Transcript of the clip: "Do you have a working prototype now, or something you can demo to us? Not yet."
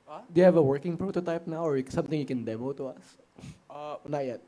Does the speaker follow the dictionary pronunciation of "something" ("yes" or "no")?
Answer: no